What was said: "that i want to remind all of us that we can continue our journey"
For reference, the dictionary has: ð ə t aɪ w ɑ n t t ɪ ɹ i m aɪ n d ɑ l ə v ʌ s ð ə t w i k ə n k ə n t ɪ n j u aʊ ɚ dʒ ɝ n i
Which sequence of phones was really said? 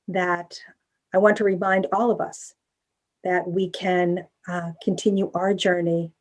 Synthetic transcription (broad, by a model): ð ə t aɪ w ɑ n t t ɪ ɹ i m aɪ n d ɑ l ə v ʌ s ð ə t w i k ə n k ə n t ɪ n j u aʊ ɚ dʒ ɝ n i